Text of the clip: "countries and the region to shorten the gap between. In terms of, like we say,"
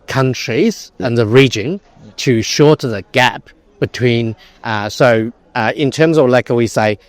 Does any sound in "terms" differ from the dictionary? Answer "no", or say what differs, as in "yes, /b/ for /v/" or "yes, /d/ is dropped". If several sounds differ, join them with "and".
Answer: no